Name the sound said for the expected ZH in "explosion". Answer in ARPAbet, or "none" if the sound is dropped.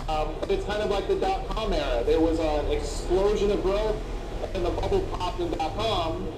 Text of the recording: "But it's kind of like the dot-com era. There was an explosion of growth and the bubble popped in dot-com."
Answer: ZH